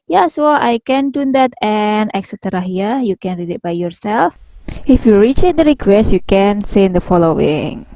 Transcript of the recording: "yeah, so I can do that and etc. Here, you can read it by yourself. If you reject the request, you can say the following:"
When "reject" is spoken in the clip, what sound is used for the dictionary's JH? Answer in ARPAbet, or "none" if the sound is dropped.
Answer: CH